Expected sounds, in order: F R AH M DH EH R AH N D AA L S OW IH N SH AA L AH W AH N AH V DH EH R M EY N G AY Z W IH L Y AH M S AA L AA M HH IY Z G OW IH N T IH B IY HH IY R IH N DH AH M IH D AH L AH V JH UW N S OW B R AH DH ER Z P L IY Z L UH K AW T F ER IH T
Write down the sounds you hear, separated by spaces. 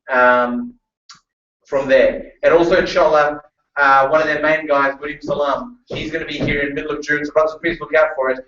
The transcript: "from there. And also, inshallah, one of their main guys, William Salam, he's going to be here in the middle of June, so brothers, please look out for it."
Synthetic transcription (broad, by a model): F R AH M DH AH R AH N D AA L S OW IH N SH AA L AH W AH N AH V DH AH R M EY N G AY Z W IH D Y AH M S AA L AA M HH IY Z G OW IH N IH B IY HH IY R IH N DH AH M IH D L AH V JH UW N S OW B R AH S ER P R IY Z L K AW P F ER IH T